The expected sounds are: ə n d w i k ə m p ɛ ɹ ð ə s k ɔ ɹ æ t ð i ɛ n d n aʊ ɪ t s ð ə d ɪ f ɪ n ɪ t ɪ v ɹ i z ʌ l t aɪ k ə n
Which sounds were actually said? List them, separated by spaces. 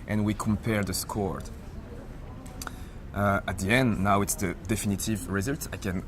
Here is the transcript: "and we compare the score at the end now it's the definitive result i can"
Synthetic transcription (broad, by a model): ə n w i k ə m p ɛ ɹ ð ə s k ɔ ɹ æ t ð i ɛ n d n aʊ ɪ t s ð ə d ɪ f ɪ n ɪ t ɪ v ɹ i z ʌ l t aɪ k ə n